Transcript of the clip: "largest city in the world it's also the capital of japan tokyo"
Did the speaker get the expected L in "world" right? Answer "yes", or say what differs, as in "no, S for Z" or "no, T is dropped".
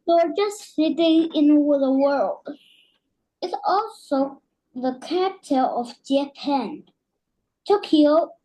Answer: yes